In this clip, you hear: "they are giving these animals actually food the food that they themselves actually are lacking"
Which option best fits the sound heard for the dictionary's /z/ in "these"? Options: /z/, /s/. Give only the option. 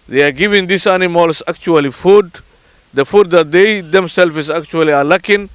/s/